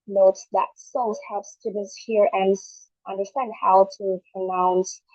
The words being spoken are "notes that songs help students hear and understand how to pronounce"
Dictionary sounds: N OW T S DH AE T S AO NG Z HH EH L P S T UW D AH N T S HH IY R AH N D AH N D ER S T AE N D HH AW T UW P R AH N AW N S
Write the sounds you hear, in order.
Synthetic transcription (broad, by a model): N OW T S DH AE T S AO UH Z HH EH P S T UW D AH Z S HH IY R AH N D AH N D ER S T AE N D HH AW T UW P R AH N AW N S